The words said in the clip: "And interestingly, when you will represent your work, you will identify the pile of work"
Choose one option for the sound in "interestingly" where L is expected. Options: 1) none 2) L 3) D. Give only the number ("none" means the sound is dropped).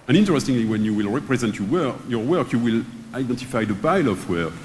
2